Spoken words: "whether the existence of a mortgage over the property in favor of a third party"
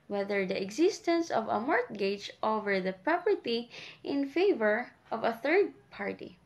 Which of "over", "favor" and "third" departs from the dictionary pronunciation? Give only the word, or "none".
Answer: none